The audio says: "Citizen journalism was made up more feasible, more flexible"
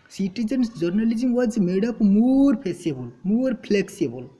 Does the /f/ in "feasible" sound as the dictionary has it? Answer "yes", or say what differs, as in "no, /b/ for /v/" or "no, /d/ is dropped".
no, /p/ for /f/